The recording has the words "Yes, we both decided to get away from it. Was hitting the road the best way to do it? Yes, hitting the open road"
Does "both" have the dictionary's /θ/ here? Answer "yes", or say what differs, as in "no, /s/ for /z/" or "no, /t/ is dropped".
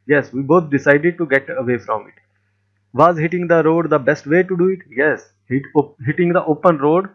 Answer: no, /t/ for /θ/